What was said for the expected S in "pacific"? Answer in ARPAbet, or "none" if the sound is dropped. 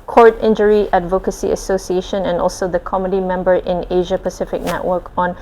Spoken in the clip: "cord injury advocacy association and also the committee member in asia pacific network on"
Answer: S